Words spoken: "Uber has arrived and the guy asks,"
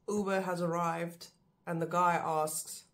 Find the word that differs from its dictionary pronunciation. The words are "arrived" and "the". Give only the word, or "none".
none